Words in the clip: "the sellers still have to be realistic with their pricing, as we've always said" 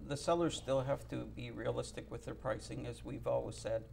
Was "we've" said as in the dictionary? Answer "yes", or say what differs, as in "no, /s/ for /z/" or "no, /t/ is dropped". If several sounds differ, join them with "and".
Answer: yes